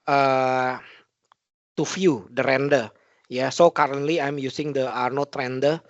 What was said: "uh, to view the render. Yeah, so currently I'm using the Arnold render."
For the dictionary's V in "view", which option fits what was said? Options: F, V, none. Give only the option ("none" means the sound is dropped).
F